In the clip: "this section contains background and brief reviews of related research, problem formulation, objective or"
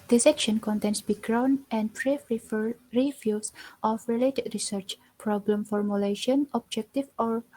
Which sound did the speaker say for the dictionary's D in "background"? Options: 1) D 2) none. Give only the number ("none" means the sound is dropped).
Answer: 2